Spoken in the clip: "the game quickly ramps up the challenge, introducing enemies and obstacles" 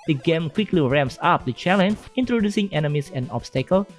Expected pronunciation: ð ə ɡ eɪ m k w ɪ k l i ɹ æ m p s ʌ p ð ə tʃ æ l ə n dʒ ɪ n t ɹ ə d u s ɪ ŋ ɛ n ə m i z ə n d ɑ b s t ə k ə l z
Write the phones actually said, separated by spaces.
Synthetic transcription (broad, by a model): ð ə ɡ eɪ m k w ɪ k l i ɹ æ m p s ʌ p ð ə tʃ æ l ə n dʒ ɪ n t ɹ ə d u s ɪ ŋ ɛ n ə m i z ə n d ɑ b s t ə k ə l